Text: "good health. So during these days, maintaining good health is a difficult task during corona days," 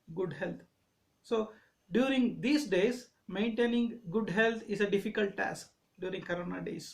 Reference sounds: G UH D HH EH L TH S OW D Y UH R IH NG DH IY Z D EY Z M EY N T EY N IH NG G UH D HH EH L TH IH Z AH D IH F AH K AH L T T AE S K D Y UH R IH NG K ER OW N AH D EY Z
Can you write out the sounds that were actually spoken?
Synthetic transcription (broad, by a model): G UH D HH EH L T S OW D Y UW R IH NG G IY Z D EY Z M EY N T EY N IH NG G UH D HH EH L T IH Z AH D IH F AH K AH L T T AE S K D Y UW R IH NG K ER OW N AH D EY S